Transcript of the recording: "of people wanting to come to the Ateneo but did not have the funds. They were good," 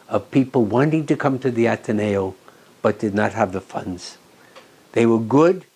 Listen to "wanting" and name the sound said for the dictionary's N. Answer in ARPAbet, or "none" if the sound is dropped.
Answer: N